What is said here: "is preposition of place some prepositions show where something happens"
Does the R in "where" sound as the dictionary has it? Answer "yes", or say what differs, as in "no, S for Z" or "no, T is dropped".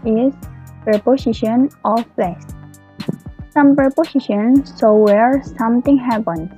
yes